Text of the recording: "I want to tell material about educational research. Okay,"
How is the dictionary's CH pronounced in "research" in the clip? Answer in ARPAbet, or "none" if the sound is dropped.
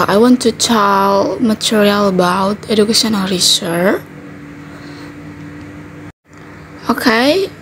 none